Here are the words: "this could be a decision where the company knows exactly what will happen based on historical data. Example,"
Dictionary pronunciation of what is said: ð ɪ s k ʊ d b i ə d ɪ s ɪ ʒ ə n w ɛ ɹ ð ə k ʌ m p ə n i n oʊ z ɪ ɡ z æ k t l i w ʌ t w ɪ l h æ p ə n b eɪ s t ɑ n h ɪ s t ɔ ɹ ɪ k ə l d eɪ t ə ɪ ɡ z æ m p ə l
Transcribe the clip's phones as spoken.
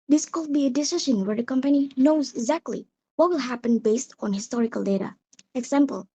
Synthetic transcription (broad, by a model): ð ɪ s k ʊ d b i ə d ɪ s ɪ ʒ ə n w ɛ ɹ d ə k ʌ m p ə n i n oʊ z ɪ ɡ z æ k t l i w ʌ t w ɪ l h æ p ə n b eɪ s t ɑ n h ɪ s t ɔ ɹ ɪ k ə l d eɪ t ə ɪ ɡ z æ m p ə l